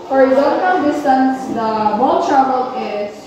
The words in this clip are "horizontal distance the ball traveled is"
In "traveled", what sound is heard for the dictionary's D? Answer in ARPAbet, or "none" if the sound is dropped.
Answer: none